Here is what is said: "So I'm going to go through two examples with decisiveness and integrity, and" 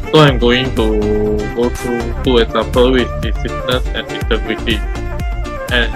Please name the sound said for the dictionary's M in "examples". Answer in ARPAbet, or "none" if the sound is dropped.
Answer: none